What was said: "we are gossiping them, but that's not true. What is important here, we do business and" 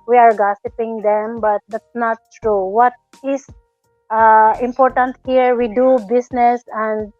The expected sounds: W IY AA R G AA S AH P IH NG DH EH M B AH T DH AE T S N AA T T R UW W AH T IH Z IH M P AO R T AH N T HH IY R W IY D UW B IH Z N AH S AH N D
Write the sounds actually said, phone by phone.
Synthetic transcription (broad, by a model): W IY AA R G AA S AH P IH NG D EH M B AH T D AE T S N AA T T R UW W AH T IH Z IH M P AO R T AH N T HH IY R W IY D UW B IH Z N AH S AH N D